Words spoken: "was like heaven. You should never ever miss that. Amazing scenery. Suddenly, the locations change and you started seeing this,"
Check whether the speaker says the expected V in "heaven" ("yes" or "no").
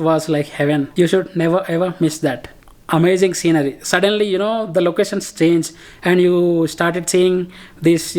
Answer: yes